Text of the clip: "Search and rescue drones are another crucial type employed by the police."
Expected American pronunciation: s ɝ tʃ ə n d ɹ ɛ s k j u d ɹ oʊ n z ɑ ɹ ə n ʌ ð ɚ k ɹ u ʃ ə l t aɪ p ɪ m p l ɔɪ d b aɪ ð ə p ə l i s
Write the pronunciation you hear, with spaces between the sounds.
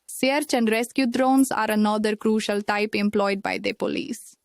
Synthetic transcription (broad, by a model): s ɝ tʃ ə n d ɹ ɛ s k j u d ɹ oʊ n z ɑ ɹ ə n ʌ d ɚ k ɹ u ʃ ə l t aɪ p ɪ m p l ɔɪ d b aɪ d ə p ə l i s